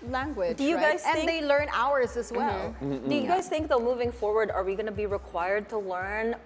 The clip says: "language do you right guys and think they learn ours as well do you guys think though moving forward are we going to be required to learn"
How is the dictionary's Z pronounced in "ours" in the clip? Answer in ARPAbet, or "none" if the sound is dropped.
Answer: Z